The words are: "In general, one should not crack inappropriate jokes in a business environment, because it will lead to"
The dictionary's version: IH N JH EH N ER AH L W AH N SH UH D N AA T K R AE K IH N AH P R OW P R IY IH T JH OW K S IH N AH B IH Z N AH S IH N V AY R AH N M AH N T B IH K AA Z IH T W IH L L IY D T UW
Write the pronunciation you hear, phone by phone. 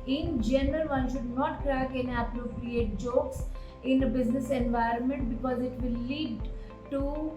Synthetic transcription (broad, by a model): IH N JH EH N ER AH L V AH N SH UH D N AA T K R AE K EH N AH P R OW P R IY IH T JH OW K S IH N AH B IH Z N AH S IH N V AY R AH N M AH N T B IH K AA Z IH T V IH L L IY D T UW